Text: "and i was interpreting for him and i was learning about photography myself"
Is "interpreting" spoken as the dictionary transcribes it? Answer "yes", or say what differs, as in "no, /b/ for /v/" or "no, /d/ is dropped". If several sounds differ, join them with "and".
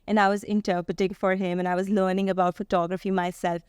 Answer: no, /ɹ/ is dropped